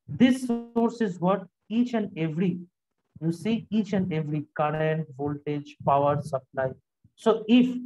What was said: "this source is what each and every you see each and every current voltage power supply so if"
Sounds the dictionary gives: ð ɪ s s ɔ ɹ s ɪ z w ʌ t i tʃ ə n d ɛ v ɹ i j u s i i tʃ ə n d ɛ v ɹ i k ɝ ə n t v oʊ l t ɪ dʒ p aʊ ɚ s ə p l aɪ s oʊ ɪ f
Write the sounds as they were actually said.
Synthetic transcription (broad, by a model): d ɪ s s ɔ ɹ s ɪ z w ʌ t i tʃ ə n d ɛ v ɹ i j u s i i tʃ ə n d ɛ v ɹ i k ɝ ə n t v oʊ l t ɪ dʒ p aʊ ɚ s ə p l aɪ s oʊ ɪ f